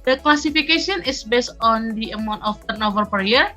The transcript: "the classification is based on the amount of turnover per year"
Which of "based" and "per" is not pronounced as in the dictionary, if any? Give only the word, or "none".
none